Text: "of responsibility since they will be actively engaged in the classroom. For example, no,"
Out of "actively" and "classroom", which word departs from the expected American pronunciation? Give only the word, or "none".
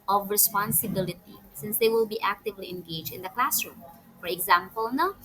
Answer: none